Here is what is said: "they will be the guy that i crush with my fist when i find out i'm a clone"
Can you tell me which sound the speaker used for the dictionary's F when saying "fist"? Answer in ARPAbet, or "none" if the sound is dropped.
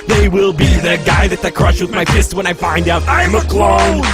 P